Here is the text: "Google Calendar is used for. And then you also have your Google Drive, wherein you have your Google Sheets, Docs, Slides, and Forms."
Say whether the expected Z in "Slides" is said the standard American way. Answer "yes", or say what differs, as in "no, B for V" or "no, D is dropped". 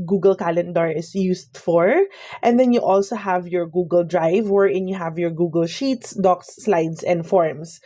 no, S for Z